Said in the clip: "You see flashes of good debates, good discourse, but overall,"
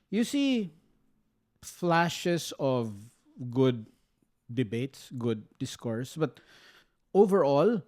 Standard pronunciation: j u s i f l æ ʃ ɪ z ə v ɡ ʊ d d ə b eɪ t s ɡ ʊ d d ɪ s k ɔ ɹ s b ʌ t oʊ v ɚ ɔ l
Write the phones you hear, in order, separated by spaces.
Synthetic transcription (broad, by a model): j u s i f l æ ʃ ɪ s ə v ɡ ʊ d d ə b eɪ t s ɡ ʊ d d ɪ s k ɔ ɹ s b ʌ t oʊ v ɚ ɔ l